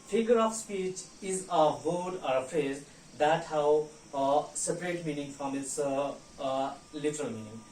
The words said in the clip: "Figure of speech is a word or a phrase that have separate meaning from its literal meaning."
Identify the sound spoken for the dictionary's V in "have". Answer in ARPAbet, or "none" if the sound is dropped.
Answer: W